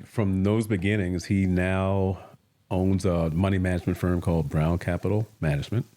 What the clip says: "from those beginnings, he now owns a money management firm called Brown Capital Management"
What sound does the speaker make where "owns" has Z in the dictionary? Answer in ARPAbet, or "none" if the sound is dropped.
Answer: Z